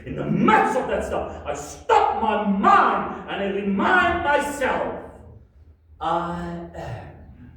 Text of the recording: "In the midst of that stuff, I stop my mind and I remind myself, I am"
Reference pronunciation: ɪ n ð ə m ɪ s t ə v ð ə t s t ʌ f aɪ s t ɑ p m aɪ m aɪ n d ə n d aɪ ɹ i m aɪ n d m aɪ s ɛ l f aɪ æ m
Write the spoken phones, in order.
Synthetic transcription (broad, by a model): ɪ n ð ə m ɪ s ə v ð ə t s t ʌ f aɪ s t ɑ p m aɪ m aɪ n d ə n aɪ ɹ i m aɪ n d m aɪ s ɛ l f aɪ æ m